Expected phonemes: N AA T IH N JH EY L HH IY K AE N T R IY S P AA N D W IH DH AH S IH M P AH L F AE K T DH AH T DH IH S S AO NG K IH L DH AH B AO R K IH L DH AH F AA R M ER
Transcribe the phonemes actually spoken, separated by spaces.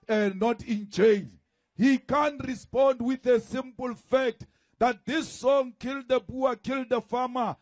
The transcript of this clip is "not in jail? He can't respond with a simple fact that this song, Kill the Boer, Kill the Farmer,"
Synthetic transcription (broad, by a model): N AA T IH N CH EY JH HH IY K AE N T R IY S P AA N D W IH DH AH S IH M P AH L F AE K T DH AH T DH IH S S AO NG K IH L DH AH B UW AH K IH L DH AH F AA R M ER